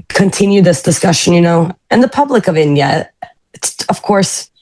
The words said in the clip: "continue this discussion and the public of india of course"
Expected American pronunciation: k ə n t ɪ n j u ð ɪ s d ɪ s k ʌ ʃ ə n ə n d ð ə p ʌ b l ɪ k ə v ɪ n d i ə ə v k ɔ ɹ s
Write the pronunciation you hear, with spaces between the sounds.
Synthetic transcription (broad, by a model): k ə n t ɪ n j u ð ɪ s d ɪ s k ʌ ʃ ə n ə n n ð ə p ʌ b l ɪ k ə v ɪ n d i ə ə v k ɔ ɹ s